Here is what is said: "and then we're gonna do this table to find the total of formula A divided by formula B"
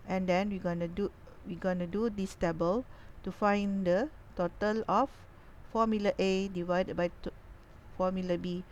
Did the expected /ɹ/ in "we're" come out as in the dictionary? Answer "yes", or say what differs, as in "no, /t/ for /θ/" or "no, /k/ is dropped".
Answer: no, /w/ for /ɹ/